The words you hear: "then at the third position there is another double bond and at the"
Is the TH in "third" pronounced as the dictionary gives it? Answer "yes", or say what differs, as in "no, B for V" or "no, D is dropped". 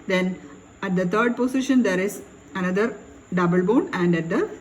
no, T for TH